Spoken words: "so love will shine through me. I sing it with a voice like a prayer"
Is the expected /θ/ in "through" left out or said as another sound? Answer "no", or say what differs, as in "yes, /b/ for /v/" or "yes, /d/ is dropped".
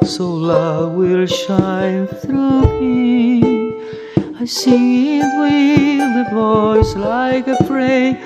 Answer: no